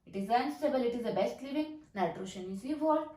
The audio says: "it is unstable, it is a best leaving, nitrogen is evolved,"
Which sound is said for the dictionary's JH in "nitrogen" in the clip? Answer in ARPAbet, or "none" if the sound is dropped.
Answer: SH